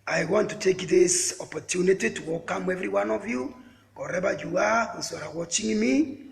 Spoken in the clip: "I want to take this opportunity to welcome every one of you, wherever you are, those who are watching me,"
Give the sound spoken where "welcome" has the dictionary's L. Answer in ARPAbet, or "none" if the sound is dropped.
none